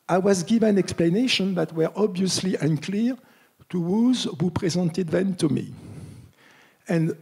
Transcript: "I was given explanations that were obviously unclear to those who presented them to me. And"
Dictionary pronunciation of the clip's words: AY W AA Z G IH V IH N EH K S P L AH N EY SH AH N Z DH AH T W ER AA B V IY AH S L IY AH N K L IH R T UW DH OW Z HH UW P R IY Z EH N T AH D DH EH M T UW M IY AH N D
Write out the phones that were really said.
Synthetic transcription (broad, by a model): AY W AA Z G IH V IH N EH K S P L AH N EY SH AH N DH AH T W ER AA B V IY AH S L IY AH N K L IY R T UW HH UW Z HH UW P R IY Z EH N T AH D DH EH M T UW M IY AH N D